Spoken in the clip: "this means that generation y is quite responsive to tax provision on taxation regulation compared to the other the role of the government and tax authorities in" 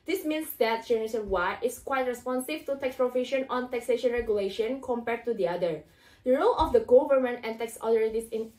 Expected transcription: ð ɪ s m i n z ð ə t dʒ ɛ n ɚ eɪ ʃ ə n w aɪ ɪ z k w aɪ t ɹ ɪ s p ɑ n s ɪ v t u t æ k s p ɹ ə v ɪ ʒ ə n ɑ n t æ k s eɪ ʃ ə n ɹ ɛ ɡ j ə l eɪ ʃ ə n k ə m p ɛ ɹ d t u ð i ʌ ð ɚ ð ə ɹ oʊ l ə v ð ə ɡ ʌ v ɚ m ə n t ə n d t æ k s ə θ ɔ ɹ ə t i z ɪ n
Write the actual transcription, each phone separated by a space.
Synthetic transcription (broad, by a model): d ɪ s m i n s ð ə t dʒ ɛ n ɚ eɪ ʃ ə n w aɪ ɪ s k w aɪ t ɹ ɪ s p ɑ n s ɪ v t u t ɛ k s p ɹ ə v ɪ ʃ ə n ɑ n t æ k s eɪ ʃ ə n ɹ ɛ ɡ j ə l eɪ ʃ ə n k ə m p ɛ ɹ d t u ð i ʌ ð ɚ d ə ɹ oʊ l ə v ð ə ɡ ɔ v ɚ m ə n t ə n t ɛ k s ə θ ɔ ɹ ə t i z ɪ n